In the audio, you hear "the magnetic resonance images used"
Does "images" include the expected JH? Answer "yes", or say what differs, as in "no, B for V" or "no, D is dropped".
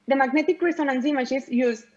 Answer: no, SH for JH